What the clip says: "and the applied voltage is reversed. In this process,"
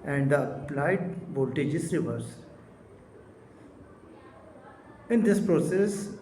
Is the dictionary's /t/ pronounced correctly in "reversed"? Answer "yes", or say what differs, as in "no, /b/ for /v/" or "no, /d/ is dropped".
no, /t/ is dropped